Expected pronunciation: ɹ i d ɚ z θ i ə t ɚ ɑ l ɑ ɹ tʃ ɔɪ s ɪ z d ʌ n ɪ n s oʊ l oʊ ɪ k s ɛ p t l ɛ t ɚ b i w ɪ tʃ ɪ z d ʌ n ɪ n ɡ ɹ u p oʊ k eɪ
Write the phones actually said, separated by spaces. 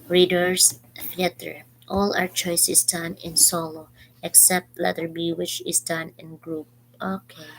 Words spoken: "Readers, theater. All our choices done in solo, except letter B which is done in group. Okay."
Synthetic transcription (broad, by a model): ɹ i d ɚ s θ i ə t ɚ ɑ l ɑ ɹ tʃ ɔɪ s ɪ s d ʌ n ɪ n s oʊ l oʊ ɪ k s ɛ p t l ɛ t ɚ b i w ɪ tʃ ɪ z d ʌ n ɪ n ɡ ɹ u p oʊ k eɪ